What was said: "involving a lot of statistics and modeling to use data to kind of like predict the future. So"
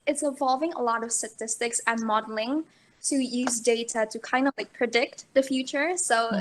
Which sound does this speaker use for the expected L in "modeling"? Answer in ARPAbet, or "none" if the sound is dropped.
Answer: L